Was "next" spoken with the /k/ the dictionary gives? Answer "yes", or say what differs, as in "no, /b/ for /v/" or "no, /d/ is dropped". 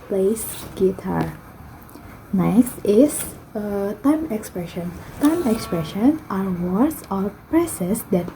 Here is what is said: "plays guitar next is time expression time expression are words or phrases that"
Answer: no, /k/ is dropped